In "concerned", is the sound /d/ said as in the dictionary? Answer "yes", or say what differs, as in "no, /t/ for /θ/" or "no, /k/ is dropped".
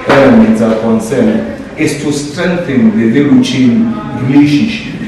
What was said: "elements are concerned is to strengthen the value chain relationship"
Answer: no, /d/ is dropped